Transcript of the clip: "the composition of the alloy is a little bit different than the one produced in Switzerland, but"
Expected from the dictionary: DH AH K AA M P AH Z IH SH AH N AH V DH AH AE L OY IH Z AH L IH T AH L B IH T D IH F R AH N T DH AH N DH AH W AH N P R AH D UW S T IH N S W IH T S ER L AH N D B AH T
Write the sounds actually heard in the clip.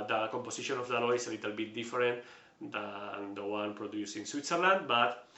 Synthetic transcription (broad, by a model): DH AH K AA M P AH S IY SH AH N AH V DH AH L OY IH S AH L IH T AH L B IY T D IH F R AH N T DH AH N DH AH W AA N P R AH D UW S IH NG S W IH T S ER L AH N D B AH T